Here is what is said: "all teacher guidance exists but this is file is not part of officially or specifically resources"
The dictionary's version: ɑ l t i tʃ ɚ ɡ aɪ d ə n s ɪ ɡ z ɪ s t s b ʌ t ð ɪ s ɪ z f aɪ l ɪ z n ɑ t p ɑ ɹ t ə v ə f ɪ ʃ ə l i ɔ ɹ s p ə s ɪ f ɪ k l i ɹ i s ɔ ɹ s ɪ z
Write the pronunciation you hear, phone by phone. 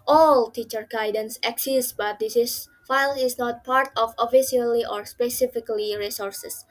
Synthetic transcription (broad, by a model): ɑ l t i tʃ ɚ ɡ aɪ d ə n s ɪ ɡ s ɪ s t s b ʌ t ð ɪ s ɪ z f aɪ l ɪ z n ɑ t p ɑ ɹ t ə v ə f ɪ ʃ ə l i ɔ ɹ s p ə s ɪ f ɪ k l i ɹ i s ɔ ɹ s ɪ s